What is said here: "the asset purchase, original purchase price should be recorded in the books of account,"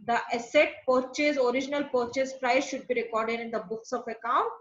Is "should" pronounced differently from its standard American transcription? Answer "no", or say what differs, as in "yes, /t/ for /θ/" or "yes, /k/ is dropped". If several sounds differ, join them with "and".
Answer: no